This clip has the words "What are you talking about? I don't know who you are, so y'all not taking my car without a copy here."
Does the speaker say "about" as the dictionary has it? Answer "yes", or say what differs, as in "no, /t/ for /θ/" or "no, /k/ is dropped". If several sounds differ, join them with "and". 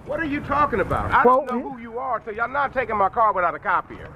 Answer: yes